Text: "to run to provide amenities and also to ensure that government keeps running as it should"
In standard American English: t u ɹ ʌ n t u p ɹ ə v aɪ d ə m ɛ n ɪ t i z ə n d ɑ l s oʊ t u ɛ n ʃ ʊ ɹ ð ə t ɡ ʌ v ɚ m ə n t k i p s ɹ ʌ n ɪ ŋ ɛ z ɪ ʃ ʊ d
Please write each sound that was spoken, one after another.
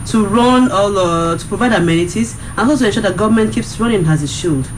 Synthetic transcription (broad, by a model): t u ɹ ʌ n t u p ɹ ə v aɪ d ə m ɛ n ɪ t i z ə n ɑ s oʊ t u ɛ n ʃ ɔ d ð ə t ɡ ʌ v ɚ m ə n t k i p s ɹ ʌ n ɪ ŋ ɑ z ɪ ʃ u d